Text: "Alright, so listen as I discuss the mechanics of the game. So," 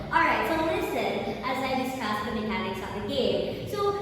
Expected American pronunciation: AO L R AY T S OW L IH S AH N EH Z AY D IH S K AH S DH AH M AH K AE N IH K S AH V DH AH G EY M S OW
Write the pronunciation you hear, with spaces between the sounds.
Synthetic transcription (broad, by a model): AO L R AY T S OW L IH S AH N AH Z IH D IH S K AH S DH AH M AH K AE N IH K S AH P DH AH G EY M S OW